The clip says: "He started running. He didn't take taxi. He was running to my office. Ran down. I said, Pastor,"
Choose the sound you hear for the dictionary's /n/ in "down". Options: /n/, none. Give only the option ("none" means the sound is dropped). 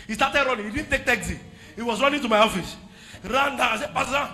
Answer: none